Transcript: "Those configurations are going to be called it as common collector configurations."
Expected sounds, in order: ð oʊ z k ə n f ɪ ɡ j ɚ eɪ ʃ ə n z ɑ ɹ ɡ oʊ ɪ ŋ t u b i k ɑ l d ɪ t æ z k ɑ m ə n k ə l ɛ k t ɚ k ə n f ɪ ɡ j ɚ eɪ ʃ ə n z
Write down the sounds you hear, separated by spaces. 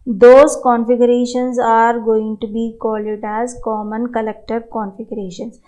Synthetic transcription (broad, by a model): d oʊ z k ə n f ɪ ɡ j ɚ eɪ ʃ ə n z ɑ ɹ ɡ oʊ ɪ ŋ t u b i k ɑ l ɪ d æ z k ɑ m ə n k ə l ɛ k t ɚ k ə n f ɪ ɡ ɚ eɪ ʃ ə n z